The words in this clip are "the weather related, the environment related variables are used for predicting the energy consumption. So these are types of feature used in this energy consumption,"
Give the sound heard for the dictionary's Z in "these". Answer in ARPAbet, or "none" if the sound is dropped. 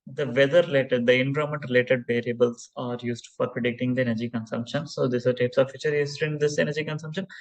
S